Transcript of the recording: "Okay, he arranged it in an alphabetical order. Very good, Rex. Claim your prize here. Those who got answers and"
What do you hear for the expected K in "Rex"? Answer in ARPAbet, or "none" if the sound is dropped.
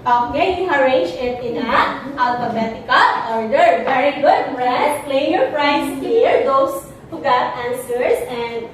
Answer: none